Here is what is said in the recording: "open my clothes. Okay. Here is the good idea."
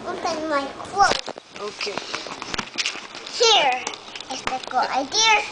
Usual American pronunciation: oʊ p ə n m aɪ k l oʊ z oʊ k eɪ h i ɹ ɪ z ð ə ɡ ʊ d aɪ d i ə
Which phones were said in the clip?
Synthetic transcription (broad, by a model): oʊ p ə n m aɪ k w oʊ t oʊ k eɪ h i ɹ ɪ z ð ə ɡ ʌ aɪ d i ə